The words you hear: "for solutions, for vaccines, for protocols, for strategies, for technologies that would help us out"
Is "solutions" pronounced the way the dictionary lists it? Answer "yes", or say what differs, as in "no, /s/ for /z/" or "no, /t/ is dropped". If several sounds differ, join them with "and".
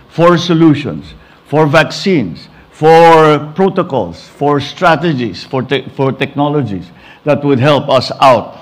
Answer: no, /s/ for /z/